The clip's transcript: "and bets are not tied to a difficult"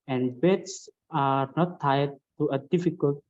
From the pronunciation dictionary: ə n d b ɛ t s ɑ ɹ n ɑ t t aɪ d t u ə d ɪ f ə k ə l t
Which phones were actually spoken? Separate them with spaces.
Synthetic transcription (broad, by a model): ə n d b ɛ t s ɑ ɹ n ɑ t t aɪ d t u ə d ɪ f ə k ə l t